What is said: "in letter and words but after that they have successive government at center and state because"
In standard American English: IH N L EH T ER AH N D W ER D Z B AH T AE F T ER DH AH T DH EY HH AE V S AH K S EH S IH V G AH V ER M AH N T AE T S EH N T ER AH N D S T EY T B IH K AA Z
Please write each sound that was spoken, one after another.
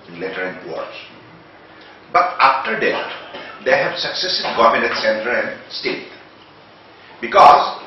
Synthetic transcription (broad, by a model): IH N L EH T ER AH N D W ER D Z B AH T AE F T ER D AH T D EY HH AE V S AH K S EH S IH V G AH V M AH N EH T S EH N T ER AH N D S T EY T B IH K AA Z